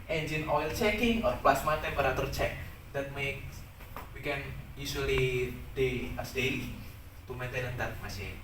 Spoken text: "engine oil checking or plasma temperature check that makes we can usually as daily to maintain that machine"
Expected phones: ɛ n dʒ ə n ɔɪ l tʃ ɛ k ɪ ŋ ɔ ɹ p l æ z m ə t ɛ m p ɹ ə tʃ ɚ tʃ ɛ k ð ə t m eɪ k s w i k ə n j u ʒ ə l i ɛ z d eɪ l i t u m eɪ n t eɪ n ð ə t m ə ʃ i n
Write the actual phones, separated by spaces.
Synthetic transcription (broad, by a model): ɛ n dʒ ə n ɔɪ l tʃ ɛ k ɪ ŋ ɔ ɹ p l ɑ s m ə t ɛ p ɹ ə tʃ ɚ tʃ ɛ k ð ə t m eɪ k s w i k ə n j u s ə l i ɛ s d eɪ l i t u m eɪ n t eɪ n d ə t m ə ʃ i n